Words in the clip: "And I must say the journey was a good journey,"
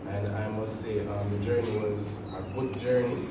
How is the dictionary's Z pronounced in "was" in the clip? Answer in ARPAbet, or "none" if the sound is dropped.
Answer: Z